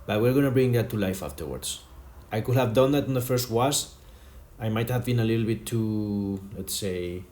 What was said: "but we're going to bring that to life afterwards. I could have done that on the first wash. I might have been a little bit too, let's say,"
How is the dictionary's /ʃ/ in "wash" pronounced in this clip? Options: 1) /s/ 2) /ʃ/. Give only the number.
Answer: 1